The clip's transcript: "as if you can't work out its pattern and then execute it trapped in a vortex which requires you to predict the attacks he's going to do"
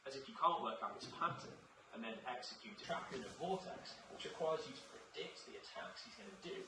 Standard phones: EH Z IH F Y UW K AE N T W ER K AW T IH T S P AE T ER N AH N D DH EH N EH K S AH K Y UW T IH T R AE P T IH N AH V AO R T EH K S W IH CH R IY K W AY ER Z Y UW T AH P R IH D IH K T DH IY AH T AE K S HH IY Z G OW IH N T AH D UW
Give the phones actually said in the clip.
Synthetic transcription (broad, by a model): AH Z IH F Y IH K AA N T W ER K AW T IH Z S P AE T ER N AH N DH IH N EH K S AH K Y UW T IH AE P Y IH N AH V AO L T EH K S W IH CH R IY K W AY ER Z Y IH T AH P R IH D IH K T DH IY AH T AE K S HH IY Z G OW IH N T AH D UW